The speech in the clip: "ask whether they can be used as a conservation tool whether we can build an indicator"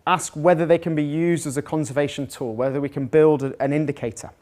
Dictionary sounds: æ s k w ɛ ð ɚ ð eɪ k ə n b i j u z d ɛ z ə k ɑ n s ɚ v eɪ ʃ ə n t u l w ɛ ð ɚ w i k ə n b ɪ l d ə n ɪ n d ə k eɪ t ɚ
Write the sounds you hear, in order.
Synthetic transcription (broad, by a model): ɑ s k w ɛ ð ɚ ð eɪ k ə n b i j u z d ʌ z ə k ɑ n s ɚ v eɪ ʃ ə n t u l w ɛ ð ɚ w i k ə n b ɪ l d ə n ɪ n d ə k eɪ t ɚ